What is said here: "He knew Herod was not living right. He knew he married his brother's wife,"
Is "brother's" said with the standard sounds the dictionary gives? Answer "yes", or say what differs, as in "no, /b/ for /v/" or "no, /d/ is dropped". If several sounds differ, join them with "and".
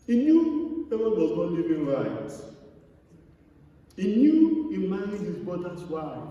no, /ɹ/ is dropped